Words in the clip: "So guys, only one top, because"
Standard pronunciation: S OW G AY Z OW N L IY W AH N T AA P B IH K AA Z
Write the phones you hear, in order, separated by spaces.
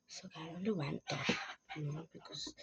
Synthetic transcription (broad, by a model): S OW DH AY OW N L IY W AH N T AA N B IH K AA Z